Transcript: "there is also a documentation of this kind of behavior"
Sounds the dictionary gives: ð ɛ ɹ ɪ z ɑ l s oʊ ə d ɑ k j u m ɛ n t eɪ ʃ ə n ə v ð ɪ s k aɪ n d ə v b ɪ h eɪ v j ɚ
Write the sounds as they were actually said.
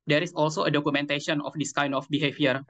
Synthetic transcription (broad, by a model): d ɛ ɹ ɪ s ɑ l s oʊ ə d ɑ k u m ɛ n t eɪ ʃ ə n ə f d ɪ s k aɪ n d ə f b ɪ h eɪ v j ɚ